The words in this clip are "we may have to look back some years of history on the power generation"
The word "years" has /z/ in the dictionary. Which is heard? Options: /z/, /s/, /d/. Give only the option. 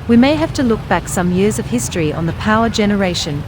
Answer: /z/